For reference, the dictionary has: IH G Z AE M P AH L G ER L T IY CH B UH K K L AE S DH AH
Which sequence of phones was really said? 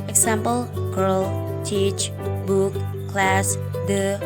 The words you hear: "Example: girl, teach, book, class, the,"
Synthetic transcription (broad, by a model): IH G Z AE M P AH L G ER L T IY CH B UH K K L AE S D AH